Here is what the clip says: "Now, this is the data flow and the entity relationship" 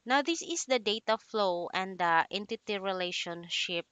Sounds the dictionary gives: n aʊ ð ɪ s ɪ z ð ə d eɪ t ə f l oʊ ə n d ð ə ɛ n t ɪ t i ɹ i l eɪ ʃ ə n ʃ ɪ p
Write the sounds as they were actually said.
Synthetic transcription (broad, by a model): n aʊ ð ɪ s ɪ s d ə d eɪ t ə f l oʊ ə n d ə ɛ n t ɪ t i ɹ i l eɪ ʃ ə n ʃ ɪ p